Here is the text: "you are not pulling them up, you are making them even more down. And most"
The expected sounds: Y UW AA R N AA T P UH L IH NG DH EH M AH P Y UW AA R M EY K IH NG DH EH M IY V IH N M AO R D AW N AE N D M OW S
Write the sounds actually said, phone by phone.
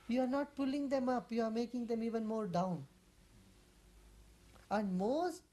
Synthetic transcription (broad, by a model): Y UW AA R N AA T P UH L IH NG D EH M AH P Y UW AA R M EY K IH NG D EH M IY V IH N M AO R D AW N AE N D M OW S